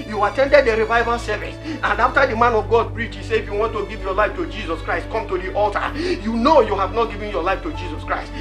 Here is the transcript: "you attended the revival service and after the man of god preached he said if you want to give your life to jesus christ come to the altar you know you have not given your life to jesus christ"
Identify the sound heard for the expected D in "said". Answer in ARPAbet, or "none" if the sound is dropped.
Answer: none